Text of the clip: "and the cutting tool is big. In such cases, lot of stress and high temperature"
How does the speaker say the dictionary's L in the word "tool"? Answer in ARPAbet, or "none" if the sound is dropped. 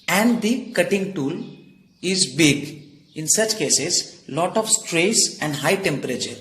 L